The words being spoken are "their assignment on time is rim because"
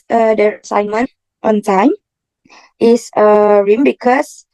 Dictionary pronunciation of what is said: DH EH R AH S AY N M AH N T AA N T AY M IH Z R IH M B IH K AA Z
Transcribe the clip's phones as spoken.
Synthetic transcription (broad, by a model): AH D AH S AY N M AH N T AA N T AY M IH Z R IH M B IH K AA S